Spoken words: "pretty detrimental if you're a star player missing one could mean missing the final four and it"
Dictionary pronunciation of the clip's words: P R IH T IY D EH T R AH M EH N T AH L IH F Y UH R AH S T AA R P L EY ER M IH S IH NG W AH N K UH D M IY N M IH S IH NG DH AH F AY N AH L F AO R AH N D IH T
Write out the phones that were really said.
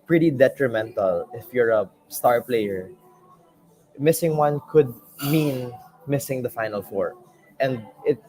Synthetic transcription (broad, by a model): P R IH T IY D EH T R AH M EH N T AH L IH F Y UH R AH S T AA R P L EY ER M IH S IH NG W AH N K UH D M IY N M IH S IH NG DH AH F AY N AH L F AO R AH N D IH T